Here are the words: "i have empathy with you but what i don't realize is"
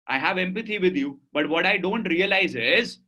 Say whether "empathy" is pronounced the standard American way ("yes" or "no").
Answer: no